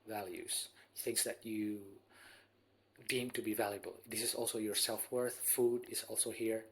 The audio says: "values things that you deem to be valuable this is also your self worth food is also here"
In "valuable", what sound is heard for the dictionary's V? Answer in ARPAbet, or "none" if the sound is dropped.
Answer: V